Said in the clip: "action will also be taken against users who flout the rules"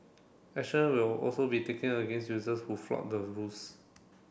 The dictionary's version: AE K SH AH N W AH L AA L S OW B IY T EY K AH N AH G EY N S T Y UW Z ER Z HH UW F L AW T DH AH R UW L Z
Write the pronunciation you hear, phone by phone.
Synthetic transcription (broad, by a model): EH SH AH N W AH L AA L S OW B IY T EY K AH N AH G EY N S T Y UW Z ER S HH UW F L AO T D AH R UW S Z